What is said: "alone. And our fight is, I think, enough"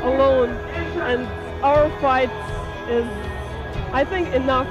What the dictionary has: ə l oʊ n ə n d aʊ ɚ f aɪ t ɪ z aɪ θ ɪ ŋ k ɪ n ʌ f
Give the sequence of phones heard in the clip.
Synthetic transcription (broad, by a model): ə l oʊ n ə n aʊ ɚ f aɪ t ɪ z aɪ θ ɪ ŋ k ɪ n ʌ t